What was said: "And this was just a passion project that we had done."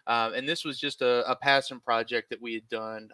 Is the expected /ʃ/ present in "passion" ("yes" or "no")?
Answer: no